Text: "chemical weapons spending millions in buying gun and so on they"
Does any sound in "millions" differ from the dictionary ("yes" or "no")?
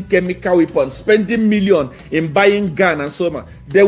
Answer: yes